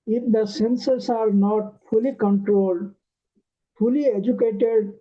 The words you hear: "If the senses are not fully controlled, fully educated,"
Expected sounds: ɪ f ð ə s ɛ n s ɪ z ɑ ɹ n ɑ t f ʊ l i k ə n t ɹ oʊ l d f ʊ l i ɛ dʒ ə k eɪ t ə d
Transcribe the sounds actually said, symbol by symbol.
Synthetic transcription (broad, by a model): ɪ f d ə s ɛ n s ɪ s ɑ ɹ n ɑ t f ʊ l i k ə n t ɹ oʊ l d f ʊ l i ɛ dʒ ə k eɪ t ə d